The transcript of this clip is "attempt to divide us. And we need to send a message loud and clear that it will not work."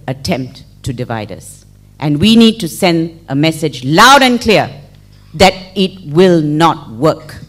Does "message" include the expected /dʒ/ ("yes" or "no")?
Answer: yes